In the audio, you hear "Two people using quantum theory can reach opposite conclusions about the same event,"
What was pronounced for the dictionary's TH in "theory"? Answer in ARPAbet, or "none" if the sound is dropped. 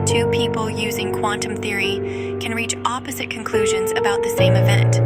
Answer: TH